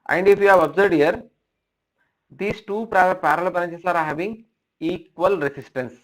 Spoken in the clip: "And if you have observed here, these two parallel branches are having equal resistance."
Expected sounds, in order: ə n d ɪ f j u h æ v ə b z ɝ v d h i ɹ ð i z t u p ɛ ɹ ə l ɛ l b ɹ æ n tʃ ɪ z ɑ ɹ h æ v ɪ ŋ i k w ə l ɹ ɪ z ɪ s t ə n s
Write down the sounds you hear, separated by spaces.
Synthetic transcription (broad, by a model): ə n d ɪ f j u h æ v ə b z ɝ v d h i ɹ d i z t u p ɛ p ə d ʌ l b ʌ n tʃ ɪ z ɑ ɹ h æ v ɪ ŋ i k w ə l ɹ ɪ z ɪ s t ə n s